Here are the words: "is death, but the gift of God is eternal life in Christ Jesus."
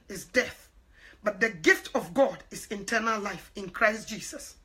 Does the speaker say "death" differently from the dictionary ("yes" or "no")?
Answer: no